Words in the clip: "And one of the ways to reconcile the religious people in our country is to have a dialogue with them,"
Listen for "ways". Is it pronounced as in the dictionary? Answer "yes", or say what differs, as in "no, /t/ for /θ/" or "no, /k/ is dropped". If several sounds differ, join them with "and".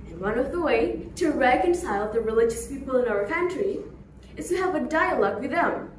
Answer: no, /z/ is dropped